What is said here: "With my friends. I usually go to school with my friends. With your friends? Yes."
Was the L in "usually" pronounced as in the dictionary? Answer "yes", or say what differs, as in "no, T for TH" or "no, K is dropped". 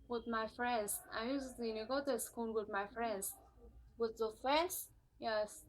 no, N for L